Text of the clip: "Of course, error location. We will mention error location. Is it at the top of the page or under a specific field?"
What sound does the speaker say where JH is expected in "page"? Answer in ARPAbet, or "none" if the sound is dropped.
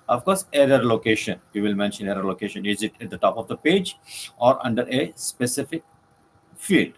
JH